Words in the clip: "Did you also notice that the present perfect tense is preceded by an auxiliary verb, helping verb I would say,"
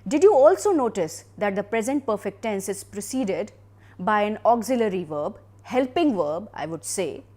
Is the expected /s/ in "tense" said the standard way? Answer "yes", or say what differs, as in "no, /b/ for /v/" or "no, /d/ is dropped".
yes